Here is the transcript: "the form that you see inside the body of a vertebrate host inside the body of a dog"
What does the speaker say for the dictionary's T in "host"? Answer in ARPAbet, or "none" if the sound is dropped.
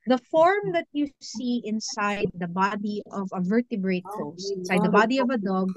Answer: none